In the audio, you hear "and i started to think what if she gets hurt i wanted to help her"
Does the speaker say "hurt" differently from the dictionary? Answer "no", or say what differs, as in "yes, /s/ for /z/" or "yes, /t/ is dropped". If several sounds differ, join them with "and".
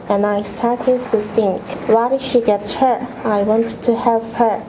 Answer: yes, /t/ is dropped